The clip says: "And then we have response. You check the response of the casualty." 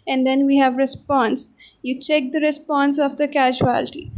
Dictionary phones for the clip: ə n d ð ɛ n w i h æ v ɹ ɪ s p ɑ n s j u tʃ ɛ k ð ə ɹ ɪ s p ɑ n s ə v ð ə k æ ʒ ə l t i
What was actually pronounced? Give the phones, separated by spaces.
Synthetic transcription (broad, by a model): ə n d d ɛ n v i h æ v ɹ ɪ s p ɑ n s j u tʃ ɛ k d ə ɹ ɪ s p ɑ n s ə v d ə k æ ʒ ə l t i